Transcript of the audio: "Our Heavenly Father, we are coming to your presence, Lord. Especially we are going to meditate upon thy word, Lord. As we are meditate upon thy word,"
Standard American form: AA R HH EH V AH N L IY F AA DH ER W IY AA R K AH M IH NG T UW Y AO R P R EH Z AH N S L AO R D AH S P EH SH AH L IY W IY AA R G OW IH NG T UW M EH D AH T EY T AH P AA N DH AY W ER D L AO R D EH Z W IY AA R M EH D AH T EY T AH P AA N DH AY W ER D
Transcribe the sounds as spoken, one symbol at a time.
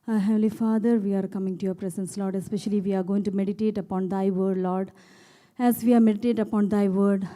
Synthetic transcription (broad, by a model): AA HH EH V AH L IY F AA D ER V IY AA R K AH M IH NG T UW Y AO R P R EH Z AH N S L AO R D AH S P EH SH AH L IY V IY AA R G OW IH NG T UW M EH D AH T EY T AH P AA N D AY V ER D L AO R D EH Z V IY AA R M EH D AH T EY T AH P AA N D AY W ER D